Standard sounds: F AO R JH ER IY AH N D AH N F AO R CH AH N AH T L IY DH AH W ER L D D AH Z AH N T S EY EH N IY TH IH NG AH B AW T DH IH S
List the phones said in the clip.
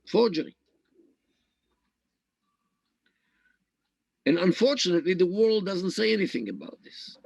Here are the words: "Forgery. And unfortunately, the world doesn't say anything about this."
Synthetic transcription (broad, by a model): F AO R JH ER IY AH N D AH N F AO R CH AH N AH T L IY DH AH W ER L D D AH Z AH N T S EY EH N IY TH IH NG AH B AW T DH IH S